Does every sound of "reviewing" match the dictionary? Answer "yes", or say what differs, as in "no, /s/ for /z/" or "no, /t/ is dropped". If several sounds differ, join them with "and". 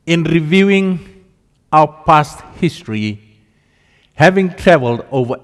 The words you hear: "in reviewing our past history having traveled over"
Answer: yes